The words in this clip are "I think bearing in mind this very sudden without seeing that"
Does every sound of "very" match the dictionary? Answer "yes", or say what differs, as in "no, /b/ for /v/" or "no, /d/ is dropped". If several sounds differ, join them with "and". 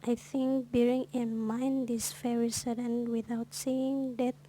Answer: no, /f/ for /v/